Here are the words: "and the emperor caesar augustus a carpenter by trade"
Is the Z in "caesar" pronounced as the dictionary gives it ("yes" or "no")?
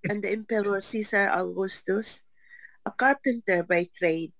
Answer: no